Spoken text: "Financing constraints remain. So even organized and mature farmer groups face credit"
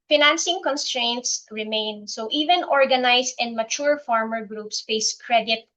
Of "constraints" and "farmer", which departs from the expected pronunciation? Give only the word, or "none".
none